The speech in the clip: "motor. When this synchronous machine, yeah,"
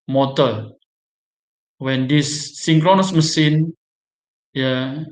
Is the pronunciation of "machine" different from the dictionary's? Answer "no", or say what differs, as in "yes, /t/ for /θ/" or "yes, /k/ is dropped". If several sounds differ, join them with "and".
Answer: yes, /s/ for /ʃ/